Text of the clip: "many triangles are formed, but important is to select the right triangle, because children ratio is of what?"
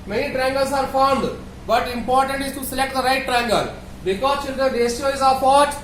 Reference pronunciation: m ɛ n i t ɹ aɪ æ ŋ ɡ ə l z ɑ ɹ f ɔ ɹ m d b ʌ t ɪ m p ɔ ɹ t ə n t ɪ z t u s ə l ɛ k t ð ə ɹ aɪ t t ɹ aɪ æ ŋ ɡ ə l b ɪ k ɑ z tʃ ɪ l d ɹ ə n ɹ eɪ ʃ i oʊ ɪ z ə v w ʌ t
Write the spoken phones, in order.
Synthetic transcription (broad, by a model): m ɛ n i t ɹ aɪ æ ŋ ɡ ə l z ɑ ɹ f ɔ ɹ m d b ʌ t ɪ m p ɔ ɹ t ə n t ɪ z t u s ə l ɛ k t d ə ɹ aɪ t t ɹ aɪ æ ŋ ɡ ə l b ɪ k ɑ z tʃ ɪ l d ɹ ə n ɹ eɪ s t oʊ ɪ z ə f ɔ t